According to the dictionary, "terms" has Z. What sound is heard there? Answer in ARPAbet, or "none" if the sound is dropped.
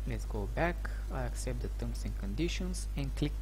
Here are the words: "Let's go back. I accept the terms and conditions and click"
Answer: S